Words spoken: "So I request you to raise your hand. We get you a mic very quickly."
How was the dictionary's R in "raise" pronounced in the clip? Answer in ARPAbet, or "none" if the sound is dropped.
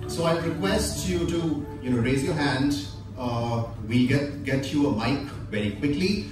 R